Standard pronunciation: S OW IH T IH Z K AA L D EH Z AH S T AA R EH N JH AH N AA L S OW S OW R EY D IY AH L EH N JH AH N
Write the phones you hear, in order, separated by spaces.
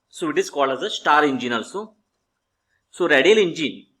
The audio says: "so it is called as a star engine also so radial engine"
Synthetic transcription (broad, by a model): S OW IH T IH S K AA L AH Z AH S T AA R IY N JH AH N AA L S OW S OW R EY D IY L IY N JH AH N